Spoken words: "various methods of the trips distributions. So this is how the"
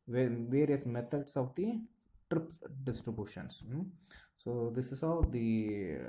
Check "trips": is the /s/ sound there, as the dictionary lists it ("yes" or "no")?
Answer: no